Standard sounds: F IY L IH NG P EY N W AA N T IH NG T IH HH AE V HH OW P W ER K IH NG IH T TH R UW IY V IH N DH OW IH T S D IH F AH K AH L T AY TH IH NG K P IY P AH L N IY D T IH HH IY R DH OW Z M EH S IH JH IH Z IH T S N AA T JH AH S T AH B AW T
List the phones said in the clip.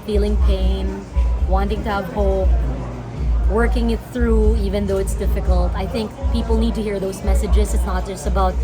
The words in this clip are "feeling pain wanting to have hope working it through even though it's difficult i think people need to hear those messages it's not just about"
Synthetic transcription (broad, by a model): F IY L IH NG P EY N W AA N T IH NG T IH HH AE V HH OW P W ER K IH NG IH T TH R UW IY V IH N DH OW IH T S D IH F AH K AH L T AY TH IH NG K P IY P L N IY D T IH HH IY R DH OW Z M EH S IH JH IH Z IH T S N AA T JH AH S T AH B AW T